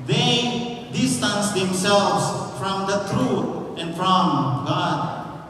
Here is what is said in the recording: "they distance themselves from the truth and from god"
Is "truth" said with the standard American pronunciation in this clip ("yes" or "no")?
no